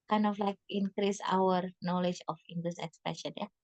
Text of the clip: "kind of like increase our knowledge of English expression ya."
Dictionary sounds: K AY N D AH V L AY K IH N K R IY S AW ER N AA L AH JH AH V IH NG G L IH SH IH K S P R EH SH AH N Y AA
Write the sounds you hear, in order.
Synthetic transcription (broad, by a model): K AY N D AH F L AY K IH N K R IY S AW ER N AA L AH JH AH F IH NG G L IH S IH K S P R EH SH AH N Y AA